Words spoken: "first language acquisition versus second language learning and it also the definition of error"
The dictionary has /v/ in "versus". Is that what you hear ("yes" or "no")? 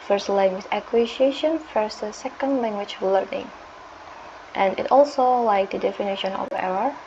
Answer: no